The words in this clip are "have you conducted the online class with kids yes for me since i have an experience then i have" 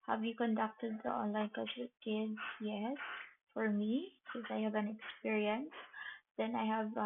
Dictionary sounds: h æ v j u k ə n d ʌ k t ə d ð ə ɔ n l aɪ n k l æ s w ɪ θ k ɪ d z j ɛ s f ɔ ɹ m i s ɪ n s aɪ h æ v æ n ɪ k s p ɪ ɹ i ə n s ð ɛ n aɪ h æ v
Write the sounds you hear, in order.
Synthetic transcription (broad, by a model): h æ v j u k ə n d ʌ k t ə d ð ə ɔ n l aɪ n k ɑ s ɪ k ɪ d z j ɛ s f ɔ ɹ m i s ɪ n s aɪ h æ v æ n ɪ k s p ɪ ɹ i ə n s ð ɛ n aɪ h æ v